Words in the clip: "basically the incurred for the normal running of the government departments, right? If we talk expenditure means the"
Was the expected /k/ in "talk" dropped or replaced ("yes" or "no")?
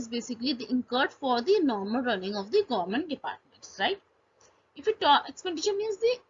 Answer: yes